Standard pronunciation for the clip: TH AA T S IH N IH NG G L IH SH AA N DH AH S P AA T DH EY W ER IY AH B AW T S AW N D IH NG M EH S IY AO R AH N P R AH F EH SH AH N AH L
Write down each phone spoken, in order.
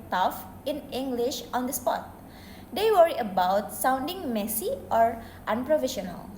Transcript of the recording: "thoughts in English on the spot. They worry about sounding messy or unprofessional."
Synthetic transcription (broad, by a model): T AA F IH N IH NG G L IH SH AA N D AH S P AA T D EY W ER IY AH B AW T S AW N D IH NG M EH S IY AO R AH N P R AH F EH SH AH N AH L